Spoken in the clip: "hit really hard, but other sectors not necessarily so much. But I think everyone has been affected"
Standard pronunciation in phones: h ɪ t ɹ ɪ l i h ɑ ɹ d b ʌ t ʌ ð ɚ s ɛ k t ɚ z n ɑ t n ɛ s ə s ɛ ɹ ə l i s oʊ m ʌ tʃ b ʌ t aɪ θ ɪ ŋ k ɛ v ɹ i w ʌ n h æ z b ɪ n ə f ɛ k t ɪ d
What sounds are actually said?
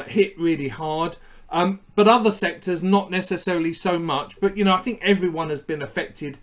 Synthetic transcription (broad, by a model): h ɪ t ɹ ɪ l i h ɑ ɹ d b ʌ t ʌ ð ɚ s ɛ k t ɚ z n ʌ t n ɛ s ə s ɛ ɹ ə l i s oʊ m ʌ tʃ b ʌ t aɪ θ ɪ ŋ k ɛ v ɹ i w ʌ n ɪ z b ɪ n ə f ɛ k t ɪ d